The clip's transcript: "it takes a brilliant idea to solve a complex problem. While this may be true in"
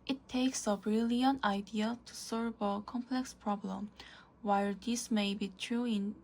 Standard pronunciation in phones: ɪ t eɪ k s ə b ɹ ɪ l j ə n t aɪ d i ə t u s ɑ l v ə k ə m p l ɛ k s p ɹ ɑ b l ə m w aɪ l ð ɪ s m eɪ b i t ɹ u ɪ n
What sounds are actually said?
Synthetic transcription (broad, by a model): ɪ t eɪ k s ə b ɹ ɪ l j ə n t aɪ d i ə t u s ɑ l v ə k ə m p l ɛ k s p ɹ ɑ b l ə m w aɪ l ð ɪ s m eɪ b i t ɹ u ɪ n